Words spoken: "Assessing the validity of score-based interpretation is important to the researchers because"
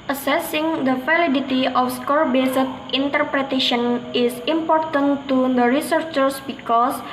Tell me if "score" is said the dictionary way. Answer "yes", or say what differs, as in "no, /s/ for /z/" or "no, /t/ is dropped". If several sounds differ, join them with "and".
yes